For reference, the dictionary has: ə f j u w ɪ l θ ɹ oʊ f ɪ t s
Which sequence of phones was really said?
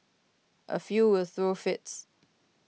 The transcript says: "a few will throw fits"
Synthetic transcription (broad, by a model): ə f j u w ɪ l θ ɹ oʊ f ɪ t s